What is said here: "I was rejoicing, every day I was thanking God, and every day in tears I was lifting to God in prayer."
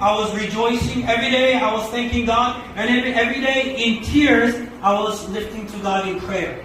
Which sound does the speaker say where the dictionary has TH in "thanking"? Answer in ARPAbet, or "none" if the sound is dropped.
TH